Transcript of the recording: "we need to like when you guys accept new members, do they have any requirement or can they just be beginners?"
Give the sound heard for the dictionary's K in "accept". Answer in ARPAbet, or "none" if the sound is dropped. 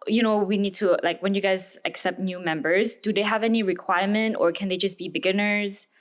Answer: K